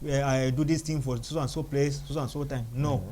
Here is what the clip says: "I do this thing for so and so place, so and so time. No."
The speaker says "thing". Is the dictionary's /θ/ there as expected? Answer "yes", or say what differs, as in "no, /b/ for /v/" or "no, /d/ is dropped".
no, /t/ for /θ/